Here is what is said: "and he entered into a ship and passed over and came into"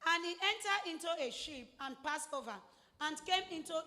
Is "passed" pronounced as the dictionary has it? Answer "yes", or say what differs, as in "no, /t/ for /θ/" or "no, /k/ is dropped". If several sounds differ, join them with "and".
no, /t/ is dropped